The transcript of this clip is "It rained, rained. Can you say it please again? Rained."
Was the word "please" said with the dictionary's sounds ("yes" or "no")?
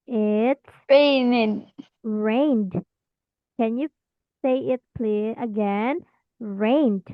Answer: no